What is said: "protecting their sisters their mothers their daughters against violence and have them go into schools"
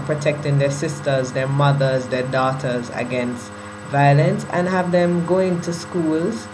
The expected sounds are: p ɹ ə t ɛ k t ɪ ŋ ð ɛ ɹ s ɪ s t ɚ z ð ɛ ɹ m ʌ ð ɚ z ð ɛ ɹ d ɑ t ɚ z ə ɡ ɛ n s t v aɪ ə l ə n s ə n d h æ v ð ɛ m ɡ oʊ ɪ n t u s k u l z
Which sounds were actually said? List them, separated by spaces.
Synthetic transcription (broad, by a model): p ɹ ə t ɛ k t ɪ ŋ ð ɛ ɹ s ɪ s t ɚ z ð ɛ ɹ m ʌ ð ɚ z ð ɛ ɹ d ɑ t ɚ z ə ɡ ɛ n s t v aɪ ə l ə n s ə n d h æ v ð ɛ m ɡ oʊ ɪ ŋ t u s k u l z